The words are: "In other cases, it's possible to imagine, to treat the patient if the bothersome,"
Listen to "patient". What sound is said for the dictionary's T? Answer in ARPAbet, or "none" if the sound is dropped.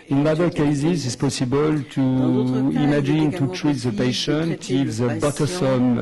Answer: T